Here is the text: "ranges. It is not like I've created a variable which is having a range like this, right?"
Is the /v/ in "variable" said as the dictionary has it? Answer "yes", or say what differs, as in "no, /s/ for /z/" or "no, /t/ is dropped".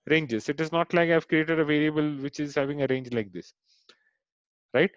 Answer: yes